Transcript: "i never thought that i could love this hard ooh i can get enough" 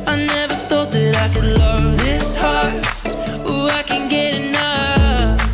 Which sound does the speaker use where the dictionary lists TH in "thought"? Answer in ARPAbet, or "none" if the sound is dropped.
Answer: TH